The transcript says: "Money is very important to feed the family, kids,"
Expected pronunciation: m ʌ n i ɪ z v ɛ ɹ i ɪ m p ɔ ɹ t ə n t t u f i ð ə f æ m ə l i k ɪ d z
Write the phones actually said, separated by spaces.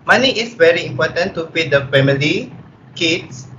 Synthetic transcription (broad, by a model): m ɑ n i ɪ s v ɛ ɹ i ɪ m p ɔ t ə n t t u p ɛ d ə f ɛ m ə l i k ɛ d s